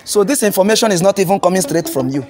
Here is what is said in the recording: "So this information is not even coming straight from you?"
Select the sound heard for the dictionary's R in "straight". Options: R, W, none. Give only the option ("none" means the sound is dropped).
R